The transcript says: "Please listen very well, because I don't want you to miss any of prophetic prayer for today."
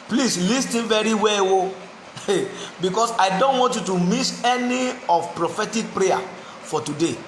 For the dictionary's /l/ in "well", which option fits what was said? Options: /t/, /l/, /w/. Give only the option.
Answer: /w/